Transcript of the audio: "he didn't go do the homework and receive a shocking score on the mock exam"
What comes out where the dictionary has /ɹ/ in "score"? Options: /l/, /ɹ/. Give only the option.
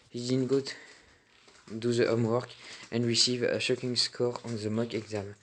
/ɹ/